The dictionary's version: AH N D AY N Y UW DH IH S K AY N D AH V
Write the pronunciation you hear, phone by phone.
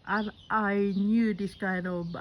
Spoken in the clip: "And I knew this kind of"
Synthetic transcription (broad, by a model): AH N AY N Y UW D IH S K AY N AH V